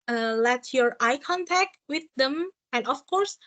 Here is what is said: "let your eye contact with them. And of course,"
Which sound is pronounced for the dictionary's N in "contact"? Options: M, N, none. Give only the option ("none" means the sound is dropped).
N